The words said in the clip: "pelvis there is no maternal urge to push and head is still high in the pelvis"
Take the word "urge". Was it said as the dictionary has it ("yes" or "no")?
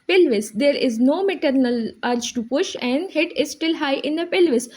no